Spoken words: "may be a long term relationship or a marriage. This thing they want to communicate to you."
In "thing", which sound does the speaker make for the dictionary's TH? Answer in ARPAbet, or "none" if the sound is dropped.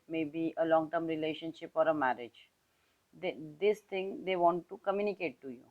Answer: T